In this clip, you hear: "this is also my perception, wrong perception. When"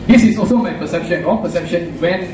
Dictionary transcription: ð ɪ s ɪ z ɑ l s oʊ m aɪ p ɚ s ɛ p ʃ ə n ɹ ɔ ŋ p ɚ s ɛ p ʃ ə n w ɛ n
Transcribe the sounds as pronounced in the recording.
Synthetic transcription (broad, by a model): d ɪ s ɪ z ɑ l s oʊ m aɪ p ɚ s ɛ p ʃ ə n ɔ p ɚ s ɛ p ʃ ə n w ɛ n